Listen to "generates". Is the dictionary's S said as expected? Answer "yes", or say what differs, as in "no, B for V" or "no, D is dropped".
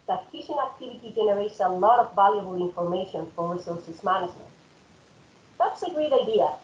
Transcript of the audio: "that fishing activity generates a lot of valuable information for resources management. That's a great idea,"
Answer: yes